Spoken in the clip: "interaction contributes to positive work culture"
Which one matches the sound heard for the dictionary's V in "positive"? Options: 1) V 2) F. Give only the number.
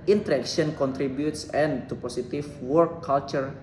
2